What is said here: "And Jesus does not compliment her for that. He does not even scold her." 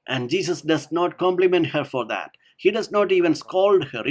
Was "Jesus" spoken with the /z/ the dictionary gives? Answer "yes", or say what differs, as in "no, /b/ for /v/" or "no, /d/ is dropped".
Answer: no, /s/ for /z/